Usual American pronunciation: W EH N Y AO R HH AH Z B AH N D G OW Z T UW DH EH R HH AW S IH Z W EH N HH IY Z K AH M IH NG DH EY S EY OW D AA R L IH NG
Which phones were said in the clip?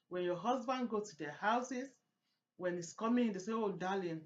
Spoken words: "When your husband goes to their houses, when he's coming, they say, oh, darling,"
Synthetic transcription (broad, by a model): W EH N Y AO HH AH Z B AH N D G OW T UW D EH HH AW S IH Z W EH N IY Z K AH M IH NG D EY S EY OW D AA L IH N